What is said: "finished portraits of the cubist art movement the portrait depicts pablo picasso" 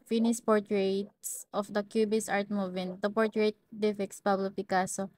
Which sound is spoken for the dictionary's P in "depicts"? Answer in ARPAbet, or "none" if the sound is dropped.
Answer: F